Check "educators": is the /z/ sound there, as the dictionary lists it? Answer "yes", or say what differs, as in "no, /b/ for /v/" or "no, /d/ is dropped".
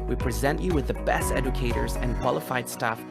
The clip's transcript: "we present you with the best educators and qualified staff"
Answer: yes